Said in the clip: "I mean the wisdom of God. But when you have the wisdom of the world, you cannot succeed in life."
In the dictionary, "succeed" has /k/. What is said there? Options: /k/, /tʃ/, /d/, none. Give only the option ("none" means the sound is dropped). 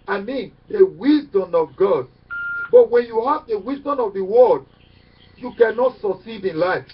none